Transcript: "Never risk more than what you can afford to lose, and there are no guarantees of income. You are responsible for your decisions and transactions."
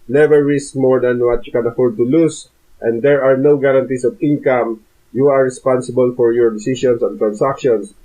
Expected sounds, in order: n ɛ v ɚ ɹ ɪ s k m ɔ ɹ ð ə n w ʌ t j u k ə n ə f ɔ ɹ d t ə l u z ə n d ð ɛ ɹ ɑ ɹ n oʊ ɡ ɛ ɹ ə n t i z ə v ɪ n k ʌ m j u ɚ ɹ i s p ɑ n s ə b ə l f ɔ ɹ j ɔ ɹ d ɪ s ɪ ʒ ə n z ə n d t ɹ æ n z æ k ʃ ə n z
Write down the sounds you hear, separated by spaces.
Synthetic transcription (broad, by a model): n ɛ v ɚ ɹ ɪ s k m ɔ ɹ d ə n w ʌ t j u k ə n ə f ɔ ɹ d t ə l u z ə n d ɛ ɹ ɑ ɹ n oʊ ɡ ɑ ɹ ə n t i s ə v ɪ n k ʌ m j u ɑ ɹ i s p ɑ n s ə b ə l f ɔ ɹ j ɔ ɹ d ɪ s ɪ ʃ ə n s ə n t ɹ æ n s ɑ k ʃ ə n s